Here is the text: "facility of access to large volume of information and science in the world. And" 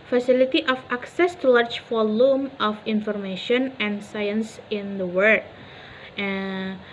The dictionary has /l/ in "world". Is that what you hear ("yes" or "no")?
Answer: no